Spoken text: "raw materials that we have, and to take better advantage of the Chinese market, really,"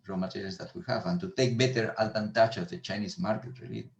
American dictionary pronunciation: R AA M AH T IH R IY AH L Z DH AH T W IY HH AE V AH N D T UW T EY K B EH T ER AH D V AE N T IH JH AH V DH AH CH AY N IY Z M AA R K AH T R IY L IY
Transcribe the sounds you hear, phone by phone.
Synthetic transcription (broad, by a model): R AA M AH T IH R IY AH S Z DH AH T W IY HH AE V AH N T UW T EY K B EH T ER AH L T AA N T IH CH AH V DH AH CH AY N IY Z M AA R K AH T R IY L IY